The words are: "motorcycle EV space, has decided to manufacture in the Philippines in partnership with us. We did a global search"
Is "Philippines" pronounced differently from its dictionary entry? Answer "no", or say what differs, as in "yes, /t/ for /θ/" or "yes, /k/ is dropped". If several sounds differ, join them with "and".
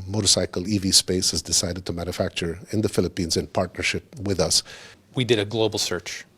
no